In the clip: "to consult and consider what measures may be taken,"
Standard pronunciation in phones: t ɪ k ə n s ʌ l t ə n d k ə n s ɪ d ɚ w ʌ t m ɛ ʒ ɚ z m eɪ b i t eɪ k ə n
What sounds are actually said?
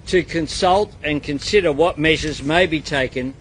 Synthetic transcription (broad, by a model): t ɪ k ə n s ʌ l t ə n k ə n s ɪ d ɚ w ʌ t m ɛ ʒ ɚ z m eɪ b i t eɪ k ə n